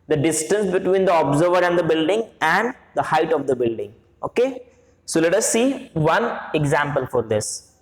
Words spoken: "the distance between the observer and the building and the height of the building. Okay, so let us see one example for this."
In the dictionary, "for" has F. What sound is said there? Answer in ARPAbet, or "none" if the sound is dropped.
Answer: F